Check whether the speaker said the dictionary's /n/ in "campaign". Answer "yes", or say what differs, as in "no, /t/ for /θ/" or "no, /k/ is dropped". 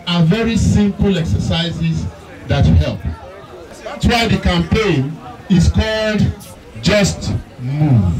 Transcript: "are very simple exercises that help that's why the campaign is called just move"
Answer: yes